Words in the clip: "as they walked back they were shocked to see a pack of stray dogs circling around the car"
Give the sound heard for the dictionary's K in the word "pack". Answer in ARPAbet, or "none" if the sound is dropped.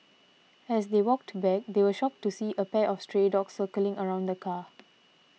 none